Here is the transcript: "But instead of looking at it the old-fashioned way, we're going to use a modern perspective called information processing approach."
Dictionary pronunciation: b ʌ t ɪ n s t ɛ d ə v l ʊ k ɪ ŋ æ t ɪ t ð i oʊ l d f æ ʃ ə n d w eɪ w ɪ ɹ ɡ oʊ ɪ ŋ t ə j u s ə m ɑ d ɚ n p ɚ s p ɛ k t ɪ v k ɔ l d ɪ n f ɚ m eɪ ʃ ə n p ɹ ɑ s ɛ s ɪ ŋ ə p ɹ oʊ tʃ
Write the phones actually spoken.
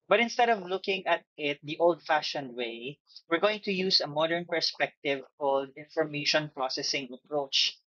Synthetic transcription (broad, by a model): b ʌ t ɪ n s t ɛ d ə v l ʊ k ɪ ŋ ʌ t ɪ t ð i oʊ l d f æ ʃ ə n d w eɪ w ɪ ɹ ɡ oʊ ɪ ŋ t ə j u s ə m ɑ d ɚ n p ɚ s p ɛ k t ɪ v k ɔ l d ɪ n f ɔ m eɪ ʃ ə n p ɹ ɑ s ɛ s ɪ ŋ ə p ɹ oʊ tʃ